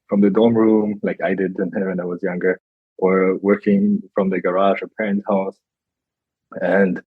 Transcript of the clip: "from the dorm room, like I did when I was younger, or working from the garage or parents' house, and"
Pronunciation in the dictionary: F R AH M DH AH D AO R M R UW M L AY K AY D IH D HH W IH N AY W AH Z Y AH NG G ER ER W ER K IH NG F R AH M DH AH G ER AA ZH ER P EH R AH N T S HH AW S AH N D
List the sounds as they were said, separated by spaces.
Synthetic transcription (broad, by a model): F R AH M DH AH D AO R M R UW M L AY K AY D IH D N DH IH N AY W AH Z Y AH NG G ER ER W ER K IH NG F R AH M DH AH G ER AA ZH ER P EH R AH N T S HH AW S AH N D